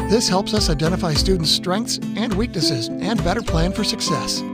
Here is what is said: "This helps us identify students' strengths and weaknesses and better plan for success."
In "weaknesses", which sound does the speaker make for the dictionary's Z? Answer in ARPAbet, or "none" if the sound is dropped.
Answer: Z